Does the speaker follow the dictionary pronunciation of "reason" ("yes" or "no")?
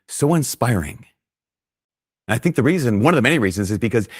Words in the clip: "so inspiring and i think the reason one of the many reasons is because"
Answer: yes